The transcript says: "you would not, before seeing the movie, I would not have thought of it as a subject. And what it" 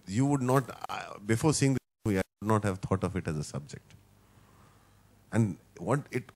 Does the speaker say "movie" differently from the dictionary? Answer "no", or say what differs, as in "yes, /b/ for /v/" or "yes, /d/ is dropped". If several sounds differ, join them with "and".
yes, /v/ is dropped